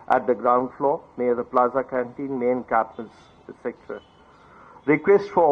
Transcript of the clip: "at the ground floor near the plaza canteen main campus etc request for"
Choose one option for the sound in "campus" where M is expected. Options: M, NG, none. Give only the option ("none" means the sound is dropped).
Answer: none